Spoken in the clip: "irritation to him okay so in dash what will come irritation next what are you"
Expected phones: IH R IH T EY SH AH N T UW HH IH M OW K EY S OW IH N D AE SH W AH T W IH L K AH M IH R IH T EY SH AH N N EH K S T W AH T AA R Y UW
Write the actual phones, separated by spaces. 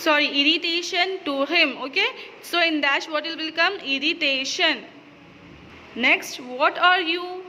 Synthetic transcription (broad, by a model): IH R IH T EY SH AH N T UW HH IH M OW K EY S OW IH N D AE S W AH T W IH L K AH M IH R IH T EY SH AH N N EH K S T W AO T AA R Y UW